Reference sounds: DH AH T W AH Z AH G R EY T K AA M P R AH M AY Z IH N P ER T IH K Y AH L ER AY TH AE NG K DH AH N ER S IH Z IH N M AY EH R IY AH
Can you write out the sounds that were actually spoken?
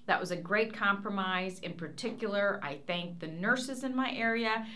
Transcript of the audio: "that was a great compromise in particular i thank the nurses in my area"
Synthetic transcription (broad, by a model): DH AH T W AH Z AH G R EY T K AA M P R AH M AY Z IH N P ER T IH K Y L ER AY TH AE NG K DH AH N ER S IH Z IH N M AY EH R IY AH